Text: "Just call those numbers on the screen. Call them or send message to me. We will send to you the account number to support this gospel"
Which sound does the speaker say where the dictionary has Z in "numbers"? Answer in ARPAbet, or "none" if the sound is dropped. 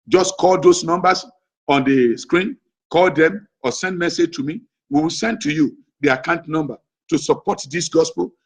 S